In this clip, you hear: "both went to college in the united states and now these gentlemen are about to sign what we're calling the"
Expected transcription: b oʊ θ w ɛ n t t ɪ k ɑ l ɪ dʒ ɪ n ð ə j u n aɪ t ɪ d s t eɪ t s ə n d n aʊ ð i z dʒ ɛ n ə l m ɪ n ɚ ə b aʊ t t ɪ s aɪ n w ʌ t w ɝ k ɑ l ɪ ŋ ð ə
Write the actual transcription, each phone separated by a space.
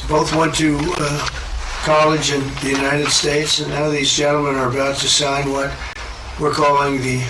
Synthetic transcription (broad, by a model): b oʊ θ w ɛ n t t ɪ k ɑ l ɪ dʒ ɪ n ð ə j u n aɪ t ɪ d s t eɪ t s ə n n aʊ ð i z dʒ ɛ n l m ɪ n ɚ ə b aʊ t t ɪ s aɪ n w ʌ t w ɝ k ɑ l ɪ ŋ ð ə